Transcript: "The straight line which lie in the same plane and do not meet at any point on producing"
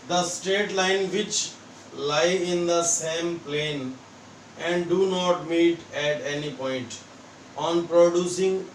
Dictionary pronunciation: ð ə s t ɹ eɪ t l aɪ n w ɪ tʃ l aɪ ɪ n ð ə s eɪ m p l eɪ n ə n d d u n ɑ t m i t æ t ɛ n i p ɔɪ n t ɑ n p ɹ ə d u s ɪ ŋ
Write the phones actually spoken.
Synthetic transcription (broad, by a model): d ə s t eɪ t l aɪ n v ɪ tʃ l aɪ ɪ n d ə s eɪ m p l eɪ n ə n d d u n ɑ t m i t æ t ɛ n i p ɔɪ n t ɑ n p ɹ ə d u s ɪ ŋ